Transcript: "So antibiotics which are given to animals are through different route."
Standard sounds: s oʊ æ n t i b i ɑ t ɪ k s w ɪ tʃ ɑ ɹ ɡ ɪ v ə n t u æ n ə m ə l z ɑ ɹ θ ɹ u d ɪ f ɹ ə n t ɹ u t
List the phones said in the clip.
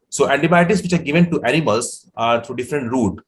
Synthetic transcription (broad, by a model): s oʊ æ n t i b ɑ t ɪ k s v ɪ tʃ ɑ ɹ ɡ ɪ v ə n t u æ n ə m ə l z ɑ ɹ t ɹ u d ɪ f ɹ ə n t ɹ u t